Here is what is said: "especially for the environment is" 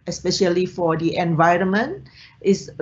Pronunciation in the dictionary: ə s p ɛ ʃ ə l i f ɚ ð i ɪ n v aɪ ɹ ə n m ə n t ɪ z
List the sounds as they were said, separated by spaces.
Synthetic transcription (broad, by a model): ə s p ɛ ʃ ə l i f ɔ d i ɪ n v aɪ ɹ ə n m ə n t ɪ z